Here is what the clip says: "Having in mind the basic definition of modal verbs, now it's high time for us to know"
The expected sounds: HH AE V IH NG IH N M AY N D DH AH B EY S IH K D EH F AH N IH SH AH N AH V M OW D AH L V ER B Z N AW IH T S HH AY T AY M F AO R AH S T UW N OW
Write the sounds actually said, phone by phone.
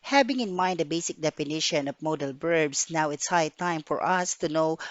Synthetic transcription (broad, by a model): HH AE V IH NG IH N M AY N D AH B EY S IH K D EH F AH N IH SH AH N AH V M OW D AH L B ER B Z N AW IH T S HH AY T AY M F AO R AH S T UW N OW